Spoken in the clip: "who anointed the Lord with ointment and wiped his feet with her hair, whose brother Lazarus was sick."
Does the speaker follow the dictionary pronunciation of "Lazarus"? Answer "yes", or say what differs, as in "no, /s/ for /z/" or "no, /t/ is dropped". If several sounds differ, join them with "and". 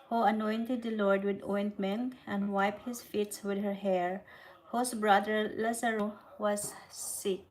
no, /s/ is dropped